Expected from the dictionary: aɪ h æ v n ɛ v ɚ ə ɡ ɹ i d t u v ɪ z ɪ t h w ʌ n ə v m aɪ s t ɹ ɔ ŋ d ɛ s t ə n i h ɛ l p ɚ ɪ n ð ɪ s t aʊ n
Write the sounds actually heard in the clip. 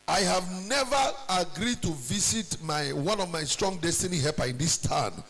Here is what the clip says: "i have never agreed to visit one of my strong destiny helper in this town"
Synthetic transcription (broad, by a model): aɪ h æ v n ɛ v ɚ ə ɡ ɹ i d t u v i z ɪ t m w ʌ n ə v m aɪ s t ɹ ɔ ŋ d ɛ s t ə n i h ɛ p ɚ ɪ n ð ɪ s t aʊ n